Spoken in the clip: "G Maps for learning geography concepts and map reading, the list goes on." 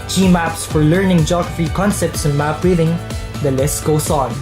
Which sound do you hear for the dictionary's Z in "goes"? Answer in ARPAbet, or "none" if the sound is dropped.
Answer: S